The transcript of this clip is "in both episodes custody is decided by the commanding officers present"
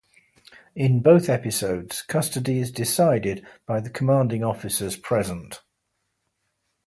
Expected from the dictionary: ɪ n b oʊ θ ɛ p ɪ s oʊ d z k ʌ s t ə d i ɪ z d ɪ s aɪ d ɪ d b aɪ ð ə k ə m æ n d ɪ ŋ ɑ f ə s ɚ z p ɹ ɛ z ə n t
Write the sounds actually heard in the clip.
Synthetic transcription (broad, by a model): ɪ n b oʊ θ ɛ p ɪ s oʊ d z k ʌ s t ə d i ɪ z d ɪ s aɪ d ɪ d b aɪ ð ə k ə m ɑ n d ɪ ŋ ɑ f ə s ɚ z p ɹ ɛ z ə n t